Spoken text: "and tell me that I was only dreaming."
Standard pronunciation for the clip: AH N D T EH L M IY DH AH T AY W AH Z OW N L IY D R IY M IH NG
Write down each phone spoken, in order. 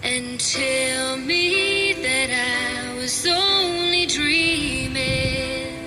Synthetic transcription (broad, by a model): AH N T EH L M IY DH AH T AY W AH Z OW N L IY D R IY M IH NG